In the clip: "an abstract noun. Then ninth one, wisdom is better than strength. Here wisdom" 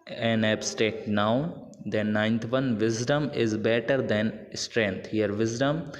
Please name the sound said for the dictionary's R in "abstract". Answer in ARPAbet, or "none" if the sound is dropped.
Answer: none